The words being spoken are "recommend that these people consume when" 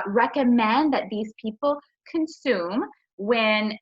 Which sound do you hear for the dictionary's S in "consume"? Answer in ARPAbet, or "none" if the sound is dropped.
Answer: S